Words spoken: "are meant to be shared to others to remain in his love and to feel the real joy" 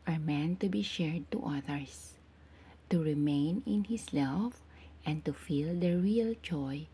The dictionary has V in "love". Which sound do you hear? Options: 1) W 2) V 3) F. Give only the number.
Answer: 3